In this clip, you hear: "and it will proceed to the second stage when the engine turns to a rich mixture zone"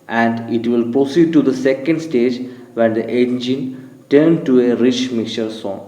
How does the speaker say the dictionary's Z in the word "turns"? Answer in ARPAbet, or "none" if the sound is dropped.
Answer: none